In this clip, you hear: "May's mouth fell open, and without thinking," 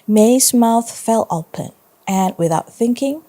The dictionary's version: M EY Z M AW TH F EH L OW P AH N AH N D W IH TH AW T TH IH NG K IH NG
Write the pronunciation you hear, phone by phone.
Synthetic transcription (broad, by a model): M EY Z M AW TH F EH L OW P AH N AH N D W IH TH AW T TH IH NG K IH NG